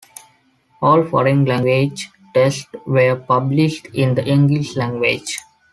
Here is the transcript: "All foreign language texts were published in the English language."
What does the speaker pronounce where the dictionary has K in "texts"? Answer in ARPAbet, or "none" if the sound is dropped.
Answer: none